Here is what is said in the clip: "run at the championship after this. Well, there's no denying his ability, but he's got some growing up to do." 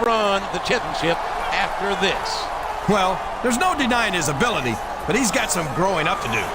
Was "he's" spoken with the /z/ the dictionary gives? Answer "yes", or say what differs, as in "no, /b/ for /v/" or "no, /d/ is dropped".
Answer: yes